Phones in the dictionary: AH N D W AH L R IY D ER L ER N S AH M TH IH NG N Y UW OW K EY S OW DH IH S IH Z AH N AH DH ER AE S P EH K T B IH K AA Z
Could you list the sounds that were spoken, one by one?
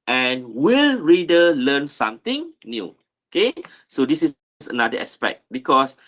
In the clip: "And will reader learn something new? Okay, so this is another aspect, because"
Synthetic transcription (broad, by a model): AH N W AH L R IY D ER L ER N S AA M T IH NG N Y UW OW K EY S OW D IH S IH S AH N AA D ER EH S P EH K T B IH K AA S